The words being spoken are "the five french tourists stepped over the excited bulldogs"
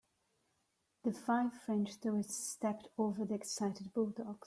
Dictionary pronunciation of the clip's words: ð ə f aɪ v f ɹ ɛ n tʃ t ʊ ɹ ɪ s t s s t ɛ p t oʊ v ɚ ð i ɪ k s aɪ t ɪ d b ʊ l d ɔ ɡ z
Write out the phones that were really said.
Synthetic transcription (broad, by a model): ð ə f aɪ v f ɹ ɛ n tʃ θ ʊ ɪ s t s s t ɛ p t oʊ v ɚ ð i ɪ k s aɪ t ɪ d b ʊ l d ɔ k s